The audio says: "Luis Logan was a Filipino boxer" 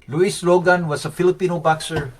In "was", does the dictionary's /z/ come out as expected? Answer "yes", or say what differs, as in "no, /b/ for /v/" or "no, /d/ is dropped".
no, /s/ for /z/